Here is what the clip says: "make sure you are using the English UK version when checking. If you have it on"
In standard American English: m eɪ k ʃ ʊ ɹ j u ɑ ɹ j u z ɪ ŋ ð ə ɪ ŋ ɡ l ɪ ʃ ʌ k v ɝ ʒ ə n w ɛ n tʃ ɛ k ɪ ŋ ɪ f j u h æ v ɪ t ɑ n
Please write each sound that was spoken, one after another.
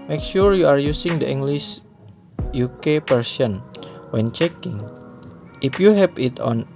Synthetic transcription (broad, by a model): m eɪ k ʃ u ɹ j u ɑ ɹ j u s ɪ ŋ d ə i ŋ ɡ l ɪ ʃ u k p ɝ s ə n w ɛ n tʃ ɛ k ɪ ŋ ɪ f j u h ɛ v ɪ t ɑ n